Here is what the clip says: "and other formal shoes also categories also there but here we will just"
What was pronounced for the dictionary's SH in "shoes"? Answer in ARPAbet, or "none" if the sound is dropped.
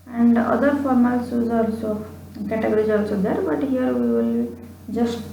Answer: S